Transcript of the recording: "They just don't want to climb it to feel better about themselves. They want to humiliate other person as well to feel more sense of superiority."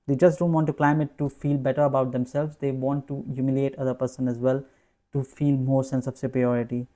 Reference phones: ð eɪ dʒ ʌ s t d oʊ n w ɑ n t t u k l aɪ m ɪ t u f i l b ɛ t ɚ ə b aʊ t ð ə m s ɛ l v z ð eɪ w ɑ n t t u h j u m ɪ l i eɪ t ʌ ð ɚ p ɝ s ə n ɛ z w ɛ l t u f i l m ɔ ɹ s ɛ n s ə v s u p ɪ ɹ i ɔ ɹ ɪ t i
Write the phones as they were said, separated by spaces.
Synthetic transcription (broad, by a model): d eɪ dʒ ʌ s t d oʊ n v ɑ n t t u k l aɪ m ɪ t u f i l b ɛ t ɚ ə b aʊ t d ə m s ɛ l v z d eɪ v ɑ n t t u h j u m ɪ l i eɪ t ʌ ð ɚ p ɝ s ə n ɛ z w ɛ l t u f i l m ɔ ɹ s ɛ n s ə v s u p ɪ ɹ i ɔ ɹ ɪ t i